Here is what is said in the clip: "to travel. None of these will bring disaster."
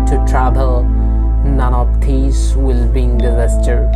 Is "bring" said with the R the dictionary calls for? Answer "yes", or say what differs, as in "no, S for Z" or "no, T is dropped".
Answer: no, R is dropped